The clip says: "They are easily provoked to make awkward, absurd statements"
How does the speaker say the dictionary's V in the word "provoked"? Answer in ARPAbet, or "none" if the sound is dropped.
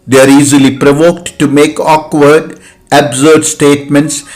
V